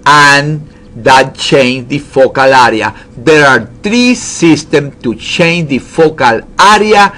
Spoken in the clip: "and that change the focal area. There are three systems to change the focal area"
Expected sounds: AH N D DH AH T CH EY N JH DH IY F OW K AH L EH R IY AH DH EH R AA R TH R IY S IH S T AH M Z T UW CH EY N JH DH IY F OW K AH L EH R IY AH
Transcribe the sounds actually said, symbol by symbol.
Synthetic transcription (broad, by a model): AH N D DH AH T CH EY N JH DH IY F OW K AH L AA R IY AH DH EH R AA R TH R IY S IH S T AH M T UW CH EY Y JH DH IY F OW K AH L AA R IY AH